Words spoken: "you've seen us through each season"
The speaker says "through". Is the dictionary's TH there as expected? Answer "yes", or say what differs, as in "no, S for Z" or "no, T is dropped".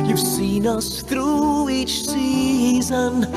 yes